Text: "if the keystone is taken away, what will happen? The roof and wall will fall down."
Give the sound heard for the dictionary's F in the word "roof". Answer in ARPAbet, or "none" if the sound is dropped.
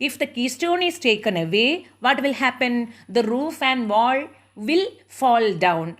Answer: F